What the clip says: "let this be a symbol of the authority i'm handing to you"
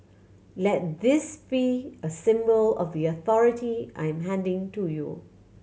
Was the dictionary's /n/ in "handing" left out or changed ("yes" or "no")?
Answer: no